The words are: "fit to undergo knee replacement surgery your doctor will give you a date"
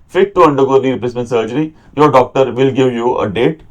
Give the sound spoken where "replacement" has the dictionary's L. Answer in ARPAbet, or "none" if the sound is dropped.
none